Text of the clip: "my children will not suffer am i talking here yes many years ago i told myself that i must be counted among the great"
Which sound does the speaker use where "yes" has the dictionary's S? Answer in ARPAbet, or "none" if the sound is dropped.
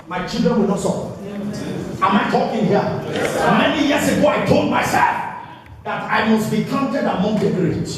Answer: none